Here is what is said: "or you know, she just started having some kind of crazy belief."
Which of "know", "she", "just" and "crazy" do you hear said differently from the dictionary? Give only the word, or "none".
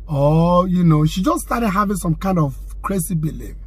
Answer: crazy